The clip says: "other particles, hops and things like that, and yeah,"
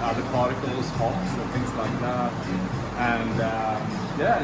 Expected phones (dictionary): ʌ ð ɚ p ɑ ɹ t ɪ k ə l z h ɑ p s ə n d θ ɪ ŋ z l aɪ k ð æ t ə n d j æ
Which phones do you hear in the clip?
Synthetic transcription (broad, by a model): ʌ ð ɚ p ɑ ɹ t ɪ k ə l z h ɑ s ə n θ ɪ ŋ z l aɪ k ð æ t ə n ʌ j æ